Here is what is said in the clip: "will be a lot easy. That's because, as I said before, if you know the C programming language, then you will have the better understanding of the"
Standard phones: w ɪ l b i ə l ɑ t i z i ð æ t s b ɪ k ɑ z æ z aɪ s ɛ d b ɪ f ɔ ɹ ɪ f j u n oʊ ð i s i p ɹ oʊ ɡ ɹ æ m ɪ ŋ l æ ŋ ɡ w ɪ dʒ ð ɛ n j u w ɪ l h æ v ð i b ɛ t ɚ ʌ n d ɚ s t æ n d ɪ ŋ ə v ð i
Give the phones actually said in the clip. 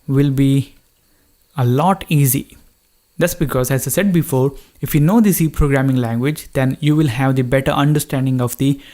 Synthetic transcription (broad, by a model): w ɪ l b i ə l ɑ t i z i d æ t s b ɪ k ɑ z æ z aɪ s ɛ d b ɪ f ɔ ɹ ɪ f j u n oʊ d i s i p ɹ oʊ ɡ ɹ æ m ɪ ŋ l æ ŋ ɡ w ɪ dʒ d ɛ n j u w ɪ l h æ v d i b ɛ t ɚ ʌ n d ɚ s t æ n d ɪ ŋ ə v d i